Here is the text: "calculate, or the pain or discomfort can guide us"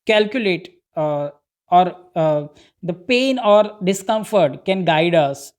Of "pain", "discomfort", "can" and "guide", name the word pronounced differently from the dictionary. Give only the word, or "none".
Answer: none